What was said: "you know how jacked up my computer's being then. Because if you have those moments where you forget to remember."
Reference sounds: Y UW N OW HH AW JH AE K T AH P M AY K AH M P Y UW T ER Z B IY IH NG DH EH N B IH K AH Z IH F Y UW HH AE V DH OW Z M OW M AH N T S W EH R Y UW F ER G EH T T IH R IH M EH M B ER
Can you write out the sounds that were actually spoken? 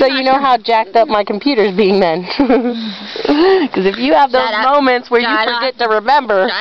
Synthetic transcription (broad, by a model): Y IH N OW HH AW JH AE K T AH P M AY K M P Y UW T ER Z B IY IH NG DH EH N K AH Z IH F Y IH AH V DH OW Z M OW M AH N T S W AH R Y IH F ER G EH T T IH R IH M EH M B ER